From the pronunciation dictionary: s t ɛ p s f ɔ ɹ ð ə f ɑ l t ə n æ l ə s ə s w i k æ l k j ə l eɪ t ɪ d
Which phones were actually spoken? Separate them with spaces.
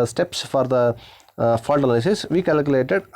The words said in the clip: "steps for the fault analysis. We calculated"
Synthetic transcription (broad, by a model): s t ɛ p s f ɔ ɹ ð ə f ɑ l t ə l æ ə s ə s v i k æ l k j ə l eɪ t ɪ d